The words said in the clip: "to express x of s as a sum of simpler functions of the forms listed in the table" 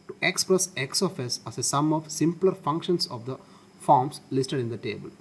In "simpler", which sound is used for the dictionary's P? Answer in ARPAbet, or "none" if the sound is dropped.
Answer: P